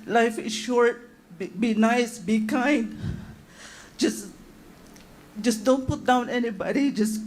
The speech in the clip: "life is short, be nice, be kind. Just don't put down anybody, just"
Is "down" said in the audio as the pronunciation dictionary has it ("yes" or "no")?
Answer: yes